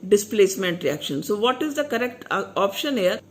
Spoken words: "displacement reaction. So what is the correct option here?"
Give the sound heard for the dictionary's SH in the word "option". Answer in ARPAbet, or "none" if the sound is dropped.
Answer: SH